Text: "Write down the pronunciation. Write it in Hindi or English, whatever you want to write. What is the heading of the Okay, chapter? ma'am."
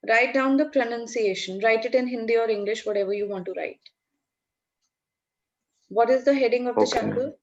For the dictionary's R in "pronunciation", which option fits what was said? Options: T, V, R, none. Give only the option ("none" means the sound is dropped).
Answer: R